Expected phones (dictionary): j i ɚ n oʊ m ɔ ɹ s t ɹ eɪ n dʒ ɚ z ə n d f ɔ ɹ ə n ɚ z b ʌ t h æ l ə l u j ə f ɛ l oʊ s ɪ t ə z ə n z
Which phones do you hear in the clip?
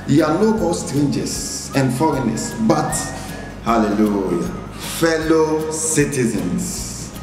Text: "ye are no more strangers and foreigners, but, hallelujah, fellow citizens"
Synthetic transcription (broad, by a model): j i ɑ l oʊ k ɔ l s t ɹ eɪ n dʒ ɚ s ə n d f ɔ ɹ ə n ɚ s b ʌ t h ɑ l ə l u j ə f ɛ l oʊ s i t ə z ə n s